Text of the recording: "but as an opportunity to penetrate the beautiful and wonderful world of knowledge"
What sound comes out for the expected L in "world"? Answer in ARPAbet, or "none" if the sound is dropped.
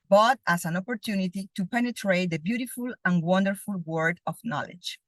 none